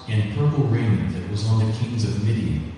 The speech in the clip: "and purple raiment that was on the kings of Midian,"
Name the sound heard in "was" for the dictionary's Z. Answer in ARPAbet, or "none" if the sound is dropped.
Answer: Z